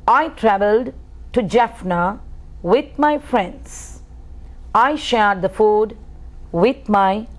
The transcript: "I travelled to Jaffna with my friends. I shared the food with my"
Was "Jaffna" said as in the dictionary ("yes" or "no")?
yes